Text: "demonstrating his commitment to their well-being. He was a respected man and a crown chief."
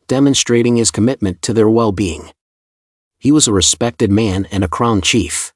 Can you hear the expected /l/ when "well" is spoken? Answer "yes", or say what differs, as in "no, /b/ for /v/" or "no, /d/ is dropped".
yes